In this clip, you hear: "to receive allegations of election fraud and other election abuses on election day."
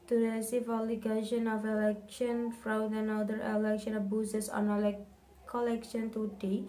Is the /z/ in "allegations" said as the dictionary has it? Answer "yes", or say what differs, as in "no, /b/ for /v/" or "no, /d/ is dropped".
no, /z/ is dropped